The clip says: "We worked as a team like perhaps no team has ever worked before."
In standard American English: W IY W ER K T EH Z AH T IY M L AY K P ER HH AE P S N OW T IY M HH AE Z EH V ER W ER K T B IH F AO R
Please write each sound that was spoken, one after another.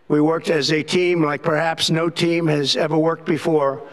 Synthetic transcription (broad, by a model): W IY W ER K T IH Z AH T IY M L AY K P ER HH AE P S N OW T IY M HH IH Z EH V ER W ER K T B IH F AO R